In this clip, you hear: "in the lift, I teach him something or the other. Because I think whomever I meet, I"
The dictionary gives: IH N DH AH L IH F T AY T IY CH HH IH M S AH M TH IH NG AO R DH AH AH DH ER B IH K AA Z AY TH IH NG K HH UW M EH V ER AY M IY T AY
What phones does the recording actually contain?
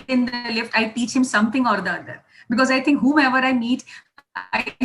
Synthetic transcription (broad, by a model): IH N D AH L IH F T AY T IY CH HH IH M S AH M T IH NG AO R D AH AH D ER B IH K AA Z AY T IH NG K HH UW EH V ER AY M IY T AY